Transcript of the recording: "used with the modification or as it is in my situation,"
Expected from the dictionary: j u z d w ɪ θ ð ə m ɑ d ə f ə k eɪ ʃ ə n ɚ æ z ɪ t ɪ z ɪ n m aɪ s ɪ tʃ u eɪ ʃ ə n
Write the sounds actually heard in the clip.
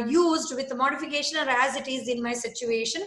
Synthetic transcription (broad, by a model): j u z d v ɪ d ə m ɑ d ə f ə k eɪ ʃ ə n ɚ æ z ɪ t ɪ z ɪ n m aɪ s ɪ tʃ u eɪ ʃ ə n